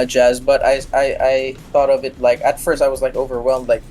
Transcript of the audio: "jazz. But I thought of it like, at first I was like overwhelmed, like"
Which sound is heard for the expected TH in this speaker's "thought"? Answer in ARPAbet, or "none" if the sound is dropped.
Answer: TH